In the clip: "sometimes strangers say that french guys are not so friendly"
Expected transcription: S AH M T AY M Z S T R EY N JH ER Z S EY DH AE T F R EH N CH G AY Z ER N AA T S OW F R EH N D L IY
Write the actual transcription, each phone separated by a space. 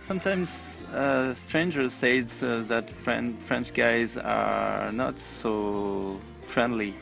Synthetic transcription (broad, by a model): S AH M T AY M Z S T R EY N JH ER Z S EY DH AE T F R EH N CH G AY Z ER N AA T S OW F R EH N D L IY